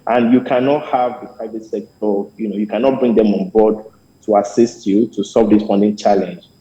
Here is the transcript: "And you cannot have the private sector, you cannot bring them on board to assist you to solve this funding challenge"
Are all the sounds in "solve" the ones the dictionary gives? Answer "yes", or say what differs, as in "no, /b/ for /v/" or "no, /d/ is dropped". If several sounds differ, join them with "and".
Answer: no, /l/ is dropped